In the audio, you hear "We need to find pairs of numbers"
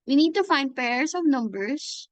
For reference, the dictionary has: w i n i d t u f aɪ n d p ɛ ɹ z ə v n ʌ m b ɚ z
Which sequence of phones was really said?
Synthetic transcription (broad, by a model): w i n i d t u f aɪ n d p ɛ ɹ s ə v n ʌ m b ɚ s